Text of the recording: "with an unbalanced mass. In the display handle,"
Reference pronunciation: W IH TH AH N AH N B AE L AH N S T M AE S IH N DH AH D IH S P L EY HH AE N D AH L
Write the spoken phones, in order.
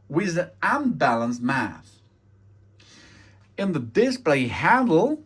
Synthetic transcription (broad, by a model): W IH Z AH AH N B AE L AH N S M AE TH IH N DH AH D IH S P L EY HH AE N D L